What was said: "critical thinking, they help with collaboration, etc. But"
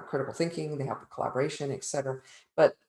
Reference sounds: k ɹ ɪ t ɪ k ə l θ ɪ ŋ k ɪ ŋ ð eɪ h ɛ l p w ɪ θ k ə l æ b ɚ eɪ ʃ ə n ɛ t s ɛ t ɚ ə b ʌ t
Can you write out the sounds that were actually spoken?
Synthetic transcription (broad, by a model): k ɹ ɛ t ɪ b l θ ɪ ŋ k ɪ ŋ ð eɪ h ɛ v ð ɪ k ə l æ b ɚ eɪ ʃ ə n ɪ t s ɛ t ɚ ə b ʌ t